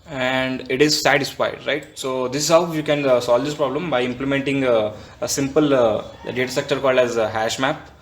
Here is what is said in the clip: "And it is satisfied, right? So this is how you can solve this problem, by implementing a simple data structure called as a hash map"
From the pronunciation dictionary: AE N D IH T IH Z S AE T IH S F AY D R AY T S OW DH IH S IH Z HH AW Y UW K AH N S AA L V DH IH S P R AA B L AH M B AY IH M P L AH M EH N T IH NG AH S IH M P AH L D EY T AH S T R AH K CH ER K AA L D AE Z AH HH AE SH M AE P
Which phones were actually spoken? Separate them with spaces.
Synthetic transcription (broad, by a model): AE N D IH T IH Z S AE T IH S F AY D R AY T S OW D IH S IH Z HH AW Y UW K AH N S AA L V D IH S P R AA B L AH M B AY IH M P L AH M EH N T IH NG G S IH M P AH L D EY T AH S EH K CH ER K AA L D AE Z HH AE SH M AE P